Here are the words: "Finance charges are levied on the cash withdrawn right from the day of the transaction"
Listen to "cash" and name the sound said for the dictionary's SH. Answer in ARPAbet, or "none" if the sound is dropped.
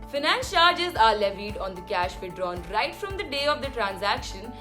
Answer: SH